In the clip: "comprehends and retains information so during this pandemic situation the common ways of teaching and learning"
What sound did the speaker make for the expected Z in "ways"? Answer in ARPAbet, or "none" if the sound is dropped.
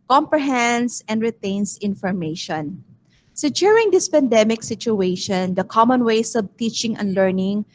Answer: S